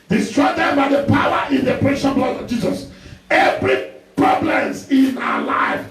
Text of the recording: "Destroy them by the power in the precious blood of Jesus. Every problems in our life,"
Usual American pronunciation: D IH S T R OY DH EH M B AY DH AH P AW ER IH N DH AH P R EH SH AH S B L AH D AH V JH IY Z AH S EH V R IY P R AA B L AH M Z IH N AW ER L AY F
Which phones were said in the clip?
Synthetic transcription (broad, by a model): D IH S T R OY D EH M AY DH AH P AW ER IH N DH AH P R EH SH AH B L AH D AH V JH IY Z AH S EH V R IY P R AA B L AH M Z IH N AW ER L AY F